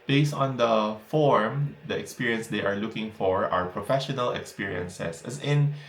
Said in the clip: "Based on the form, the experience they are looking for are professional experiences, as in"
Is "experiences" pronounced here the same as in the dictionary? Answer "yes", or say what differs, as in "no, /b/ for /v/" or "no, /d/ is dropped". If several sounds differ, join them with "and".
no, /s/ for /z/